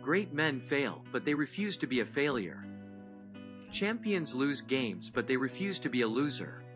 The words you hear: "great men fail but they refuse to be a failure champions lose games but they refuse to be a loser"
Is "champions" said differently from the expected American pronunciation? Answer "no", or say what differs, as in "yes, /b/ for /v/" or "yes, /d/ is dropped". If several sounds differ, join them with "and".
no